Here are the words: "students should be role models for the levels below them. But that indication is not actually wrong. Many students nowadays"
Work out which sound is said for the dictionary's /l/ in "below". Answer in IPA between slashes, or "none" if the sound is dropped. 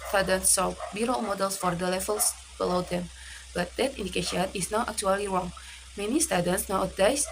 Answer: /l/